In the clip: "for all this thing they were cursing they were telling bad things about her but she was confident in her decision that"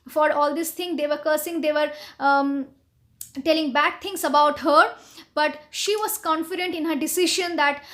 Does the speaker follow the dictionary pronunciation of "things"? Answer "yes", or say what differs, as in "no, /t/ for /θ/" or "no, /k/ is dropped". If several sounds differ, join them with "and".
no, /t/ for /θ/